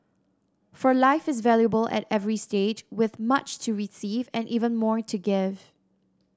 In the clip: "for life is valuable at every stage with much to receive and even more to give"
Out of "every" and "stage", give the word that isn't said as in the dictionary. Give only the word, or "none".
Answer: none